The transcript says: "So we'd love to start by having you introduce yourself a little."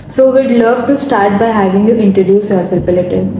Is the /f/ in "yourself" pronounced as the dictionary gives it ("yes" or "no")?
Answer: no